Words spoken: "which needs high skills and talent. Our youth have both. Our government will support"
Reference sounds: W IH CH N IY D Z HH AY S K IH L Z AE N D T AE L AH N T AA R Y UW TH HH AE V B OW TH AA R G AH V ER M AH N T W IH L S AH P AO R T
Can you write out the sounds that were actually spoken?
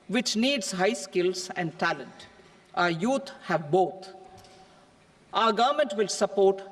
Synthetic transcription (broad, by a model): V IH CH N IY D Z HH AY S K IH L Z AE N D T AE L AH N T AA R Y UW T HH AE V B OW T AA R G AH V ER M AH N T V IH L S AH P AO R T